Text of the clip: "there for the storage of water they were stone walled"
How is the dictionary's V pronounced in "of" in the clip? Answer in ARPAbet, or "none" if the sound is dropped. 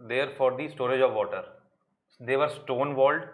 V